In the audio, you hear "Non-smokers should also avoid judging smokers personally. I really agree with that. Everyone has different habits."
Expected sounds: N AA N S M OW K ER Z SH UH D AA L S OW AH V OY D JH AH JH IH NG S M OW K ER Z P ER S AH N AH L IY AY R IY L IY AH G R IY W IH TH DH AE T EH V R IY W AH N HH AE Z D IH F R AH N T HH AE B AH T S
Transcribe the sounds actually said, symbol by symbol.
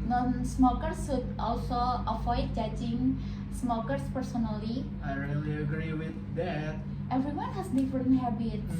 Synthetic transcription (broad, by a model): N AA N S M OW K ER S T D AA L S OW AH F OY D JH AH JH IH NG S M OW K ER S P ER S AH N AH L IY AY R IY L IY AH G R IY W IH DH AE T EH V R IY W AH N HH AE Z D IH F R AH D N HH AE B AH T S